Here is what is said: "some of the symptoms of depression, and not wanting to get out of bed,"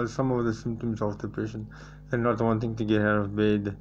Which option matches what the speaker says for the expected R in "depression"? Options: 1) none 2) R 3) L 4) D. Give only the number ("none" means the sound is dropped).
1